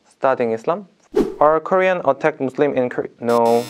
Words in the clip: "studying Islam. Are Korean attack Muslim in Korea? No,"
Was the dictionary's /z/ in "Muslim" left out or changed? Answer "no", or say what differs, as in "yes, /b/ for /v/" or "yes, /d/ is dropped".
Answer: yes, /s/ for /z/